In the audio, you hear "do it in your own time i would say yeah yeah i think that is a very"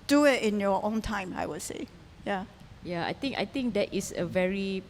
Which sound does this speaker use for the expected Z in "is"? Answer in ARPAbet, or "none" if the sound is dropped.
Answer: S